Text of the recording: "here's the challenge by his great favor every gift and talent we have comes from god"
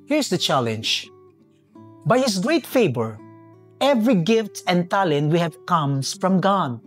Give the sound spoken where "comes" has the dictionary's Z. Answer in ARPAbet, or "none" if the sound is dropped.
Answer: S